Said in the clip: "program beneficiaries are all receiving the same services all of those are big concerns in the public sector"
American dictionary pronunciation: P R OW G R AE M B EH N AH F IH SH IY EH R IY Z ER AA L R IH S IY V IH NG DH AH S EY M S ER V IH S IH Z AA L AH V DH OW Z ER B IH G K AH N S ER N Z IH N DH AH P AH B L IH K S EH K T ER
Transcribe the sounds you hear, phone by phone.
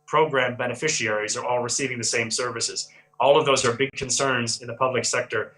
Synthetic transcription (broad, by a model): P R OW G R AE M B EH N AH F IH SH IY EH R IY Z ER AA L R IH S IY V IH NG DH AH S EY M S ER V IH S IH Z AA L AH V DH OW Z ER B IH G K AH N S ER N Z IH N DH AH P AH B L IH K S EH K T ER